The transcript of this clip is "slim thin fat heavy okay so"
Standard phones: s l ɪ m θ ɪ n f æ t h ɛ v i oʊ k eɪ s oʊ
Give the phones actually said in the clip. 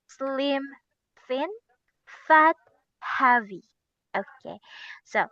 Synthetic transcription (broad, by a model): s l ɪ m f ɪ n f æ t h ɛ v i oʊ k eɪ s oʊ